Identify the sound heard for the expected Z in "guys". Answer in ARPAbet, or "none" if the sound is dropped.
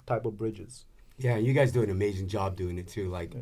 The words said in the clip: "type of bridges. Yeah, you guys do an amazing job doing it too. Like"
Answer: Z